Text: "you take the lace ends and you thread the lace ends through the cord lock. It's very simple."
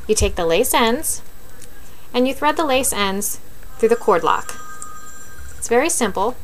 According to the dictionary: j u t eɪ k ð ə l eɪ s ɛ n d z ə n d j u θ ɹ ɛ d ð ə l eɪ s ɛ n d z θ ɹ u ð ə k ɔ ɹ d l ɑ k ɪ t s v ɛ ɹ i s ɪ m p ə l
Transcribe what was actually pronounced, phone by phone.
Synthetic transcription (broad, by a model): j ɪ t eɪ k ð ə l eɪ s ɛ n d z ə n j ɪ θ ɹ ɛ d ð ə l eɪ s ɛ n d z θ ɹ u ð ə k ɔ ɹ d l ɑ k ɪ t s v ɛ ɹ i s ɪ m p l